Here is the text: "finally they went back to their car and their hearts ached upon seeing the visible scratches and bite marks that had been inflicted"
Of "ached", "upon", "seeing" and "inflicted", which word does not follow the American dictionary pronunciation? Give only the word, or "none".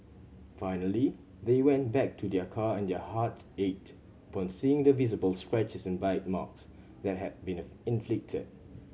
ached